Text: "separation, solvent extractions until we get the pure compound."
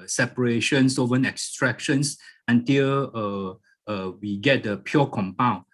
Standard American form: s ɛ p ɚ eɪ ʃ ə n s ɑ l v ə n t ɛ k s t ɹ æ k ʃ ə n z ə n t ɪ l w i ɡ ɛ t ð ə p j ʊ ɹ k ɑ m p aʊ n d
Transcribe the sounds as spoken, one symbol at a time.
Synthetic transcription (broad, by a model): s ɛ p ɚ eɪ ʃ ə n s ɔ v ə n ɛ k s t ɹ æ k ʃ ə n s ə n t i l w i ɡ ɛ t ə p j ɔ k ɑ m p aʊ n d